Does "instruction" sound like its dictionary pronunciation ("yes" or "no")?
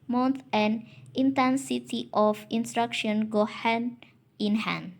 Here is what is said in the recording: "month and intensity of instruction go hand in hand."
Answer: yes